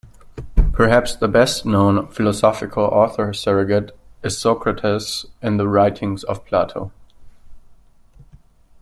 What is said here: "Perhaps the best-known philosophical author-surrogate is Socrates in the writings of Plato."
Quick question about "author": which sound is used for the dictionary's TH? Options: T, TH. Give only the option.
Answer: TH